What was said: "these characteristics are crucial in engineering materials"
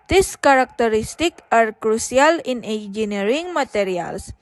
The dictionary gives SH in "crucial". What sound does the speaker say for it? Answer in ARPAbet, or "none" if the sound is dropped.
S